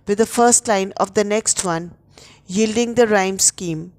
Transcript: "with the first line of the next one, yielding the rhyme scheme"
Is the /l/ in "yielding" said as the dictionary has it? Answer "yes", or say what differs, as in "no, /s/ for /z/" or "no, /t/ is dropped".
yes